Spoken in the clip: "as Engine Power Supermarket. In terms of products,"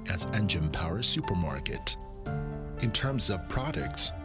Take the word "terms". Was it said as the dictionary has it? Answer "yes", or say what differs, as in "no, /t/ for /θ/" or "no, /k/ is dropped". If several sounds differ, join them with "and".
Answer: yes